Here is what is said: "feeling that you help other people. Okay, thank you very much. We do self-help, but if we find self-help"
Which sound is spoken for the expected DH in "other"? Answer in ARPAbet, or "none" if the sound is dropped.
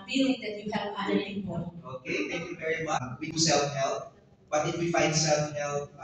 none